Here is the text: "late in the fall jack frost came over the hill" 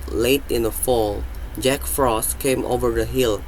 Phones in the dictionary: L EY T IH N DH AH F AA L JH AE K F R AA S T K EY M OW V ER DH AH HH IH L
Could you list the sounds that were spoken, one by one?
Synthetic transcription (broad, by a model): L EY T IH N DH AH F AA L JH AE K F R AA S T K EY M OW V ER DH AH HH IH L